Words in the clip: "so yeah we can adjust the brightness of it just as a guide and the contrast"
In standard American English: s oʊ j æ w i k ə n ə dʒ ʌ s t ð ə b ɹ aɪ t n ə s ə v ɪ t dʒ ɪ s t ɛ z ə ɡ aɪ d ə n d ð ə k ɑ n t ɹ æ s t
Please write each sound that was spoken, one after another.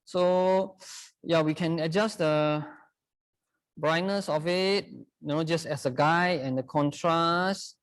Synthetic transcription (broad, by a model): s oʊ j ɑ w i k ə n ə dʒ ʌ s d ə b ɹ aɪ t n ə s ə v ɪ t dʒ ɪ s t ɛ s ə ɡ aɪ ə n d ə k ɑ n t ɹ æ s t